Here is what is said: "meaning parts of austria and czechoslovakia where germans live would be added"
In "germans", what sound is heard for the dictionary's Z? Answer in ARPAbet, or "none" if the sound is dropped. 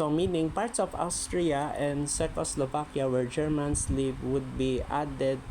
S